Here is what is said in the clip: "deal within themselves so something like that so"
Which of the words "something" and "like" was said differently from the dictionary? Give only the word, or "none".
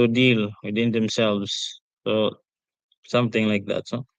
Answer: something